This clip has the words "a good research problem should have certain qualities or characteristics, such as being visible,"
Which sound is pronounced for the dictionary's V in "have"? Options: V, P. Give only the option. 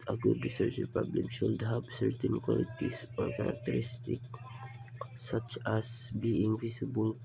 P